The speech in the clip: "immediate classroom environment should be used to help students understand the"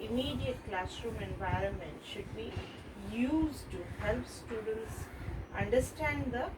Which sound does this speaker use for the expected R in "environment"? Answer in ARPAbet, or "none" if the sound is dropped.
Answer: R